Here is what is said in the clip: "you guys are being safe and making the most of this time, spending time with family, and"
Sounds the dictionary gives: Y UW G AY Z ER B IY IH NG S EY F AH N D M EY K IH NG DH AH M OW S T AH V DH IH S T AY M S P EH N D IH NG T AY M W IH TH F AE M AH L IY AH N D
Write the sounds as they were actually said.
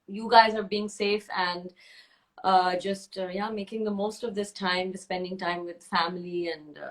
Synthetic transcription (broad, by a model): Y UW G AY Z ER B IY IH NG S EY F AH N D M EY K IH NG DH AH M OW S T AH V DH IH S T AY M S P EH N D IH NG T AY M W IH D F AE M AH L IY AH N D